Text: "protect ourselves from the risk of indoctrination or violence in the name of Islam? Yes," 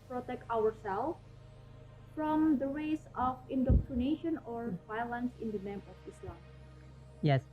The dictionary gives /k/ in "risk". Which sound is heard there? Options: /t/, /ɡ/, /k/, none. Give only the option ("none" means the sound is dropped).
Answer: none